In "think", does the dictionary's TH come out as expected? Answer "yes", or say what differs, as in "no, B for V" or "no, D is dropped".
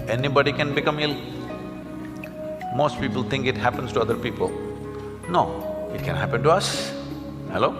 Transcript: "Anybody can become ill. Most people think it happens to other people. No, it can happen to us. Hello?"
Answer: no, T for TH